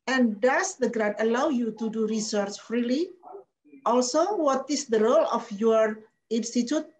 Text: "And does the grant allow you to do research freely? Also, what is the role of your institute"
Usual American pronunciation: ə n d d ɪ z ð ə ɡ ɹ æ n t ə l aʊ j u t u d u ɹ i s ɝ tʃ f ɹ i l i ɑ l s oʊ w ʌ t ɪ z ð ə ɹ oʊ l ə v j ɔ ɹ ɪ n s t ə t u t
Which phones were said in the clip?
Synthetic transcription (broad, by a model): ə n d d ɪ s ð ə ɡ ɹ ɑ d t ə l aʊ j u t u d u ɹ i s ɝ tʃ f ɹ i l i ɑ l s oʊ w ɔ t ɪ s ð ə ɹ oʊ l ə f j ɔ ɹ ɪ n s t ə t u t